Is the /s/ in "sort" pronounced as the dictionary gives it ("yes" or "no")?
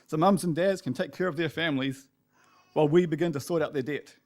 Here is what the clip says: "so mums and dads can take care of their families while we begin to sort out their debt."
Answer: yes